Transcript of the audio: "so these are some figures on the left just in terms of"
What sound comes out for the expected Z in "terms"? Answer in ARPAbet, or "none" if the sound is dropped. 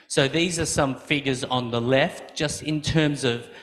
Z